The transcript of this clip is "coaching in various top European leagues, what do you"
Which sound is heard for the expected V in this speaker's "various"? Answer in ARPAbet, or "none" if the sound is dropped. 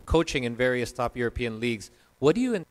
V